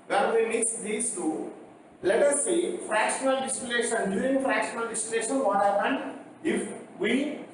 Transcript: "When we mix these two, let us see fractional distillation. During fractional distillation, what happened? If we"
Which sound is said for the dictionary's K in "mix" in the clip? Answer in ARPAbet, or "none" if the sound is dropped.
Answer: none